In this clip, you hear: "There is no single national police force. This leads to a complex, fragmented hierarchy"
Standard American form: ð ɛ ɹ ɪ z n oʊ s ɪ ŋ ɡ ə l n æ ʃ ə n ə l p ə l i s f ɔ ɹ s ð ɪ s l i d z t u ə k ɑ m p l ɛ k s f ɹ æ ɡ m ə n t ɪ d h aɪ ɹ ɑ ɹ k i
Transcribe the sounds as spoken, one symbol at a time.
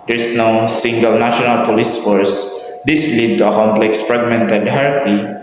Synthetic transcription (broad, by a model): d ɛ ɹ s n oʊ s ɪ ŋ ɡ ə l n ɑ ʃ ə n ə l p ə l i s f ɔ ɹ s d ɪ s l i d t u ə k ɑ m p l ɛ k s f ɹ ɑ ɡ m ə n t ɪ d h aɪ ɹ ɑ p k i